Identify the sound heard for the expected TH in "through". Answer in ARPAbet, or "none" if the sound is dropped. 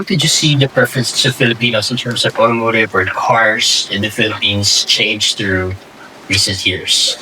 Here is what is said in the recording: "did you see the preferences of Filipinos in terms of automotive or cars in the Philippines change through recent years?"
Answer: TH